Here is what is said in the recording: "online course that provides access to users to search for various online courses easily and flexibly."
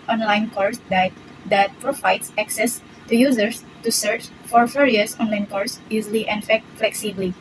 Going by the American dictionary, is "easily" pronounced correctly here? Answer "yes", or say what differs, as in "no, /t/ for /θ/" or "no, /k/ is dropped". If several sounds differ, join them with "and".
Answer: no, /n/ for /l/